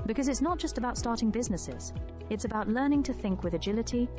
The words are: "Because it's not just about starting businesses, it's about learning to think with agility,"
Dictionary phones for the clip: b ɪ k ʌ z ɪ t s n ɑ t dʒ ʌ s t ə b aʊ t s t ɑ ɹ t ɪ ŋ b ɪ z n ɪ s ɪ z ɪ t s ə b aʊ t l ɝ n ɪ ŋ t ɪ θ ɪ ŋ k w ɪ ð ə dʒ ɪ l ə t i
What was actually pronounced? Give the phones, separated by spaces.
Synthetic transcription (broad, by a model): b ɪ k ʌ z ɪ t s n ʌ t dʒ ʌ s t ə b aʊ t s t ɑ ɹ t ɪ ŋ b ɪ z n ɪ s ɪ z ɪ t s ə b aʊ t l ɝ n ɪ ŋ t ɪ θ ɪ ŋ k w ɪ ð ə dʒ ɪ l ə t i